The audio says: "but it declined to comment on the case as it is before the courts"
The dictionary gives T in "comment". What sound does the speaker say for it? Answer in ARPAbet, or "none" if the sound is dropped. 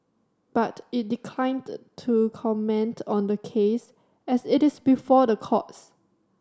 T